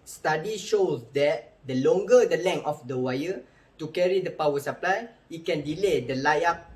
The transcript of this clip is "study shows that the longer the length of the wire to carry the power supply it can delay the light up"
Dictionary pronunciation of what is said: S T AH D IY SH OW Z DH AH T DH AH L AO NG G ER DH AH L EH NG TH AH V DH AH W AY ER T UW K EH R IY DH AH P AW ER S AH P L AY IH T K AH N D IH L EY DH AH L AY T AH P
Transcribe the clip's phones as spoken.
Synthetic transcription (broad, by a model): S T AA D IY SH OW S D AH T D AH L AO NG G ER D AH L EH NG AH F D AH W AY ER T UW K EH R IY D AH P AW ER S AH P L AY IH T K AH N D IH L EY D AH L AY AA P